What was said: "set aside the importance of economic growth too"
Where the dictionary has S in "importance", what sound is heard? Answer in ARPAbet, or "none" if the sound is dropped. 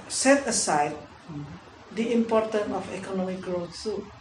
none